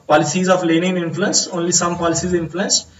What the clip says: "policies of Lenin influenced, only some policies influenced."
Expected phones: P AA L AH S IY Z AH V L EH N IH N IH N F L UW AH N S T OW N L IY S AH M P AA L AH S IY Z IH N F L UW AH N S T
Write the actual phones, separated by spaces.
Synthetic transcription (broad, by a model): P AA L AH S IY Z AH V L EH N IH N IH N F L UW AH N S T OW N L IY S AH M P AA L AH S IY Z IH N F L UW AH N S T